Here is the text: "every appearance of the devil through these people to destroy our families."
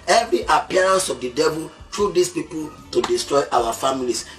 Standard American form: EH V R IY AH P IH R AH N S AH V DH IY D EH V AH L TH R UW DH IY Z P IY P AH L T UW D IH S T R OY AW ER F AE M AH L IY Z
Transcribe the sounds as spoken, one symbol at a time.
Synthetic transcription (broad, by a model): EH V R IY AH P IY R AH N S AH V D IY D EH V AH L T R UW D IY S P IY P AH L T UW D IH S T R OY AW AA F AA M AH L IY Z